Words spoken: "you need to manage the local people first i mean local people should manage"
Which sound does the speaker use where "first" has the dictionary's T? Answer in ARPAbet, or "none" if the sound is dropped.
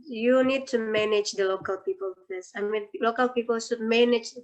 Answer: none